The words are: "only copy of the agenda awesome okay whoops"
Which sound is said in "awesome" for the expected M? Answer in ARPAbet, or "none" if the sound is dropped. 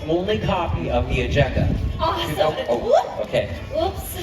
none